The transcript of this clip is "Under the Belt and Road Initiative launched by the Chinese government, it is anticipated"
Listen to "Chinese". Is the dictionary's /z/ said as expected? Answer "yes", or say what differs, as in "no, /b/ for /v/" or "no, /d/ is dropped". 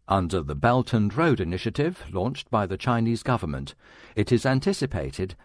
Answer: yes